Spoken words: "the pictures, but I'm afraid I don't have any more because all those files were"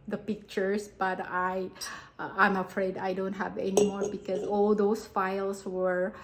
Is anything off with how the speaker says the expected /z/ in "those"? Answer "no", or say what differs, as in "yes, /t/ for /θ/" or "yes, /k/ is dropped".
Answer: yes, /s/ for /z/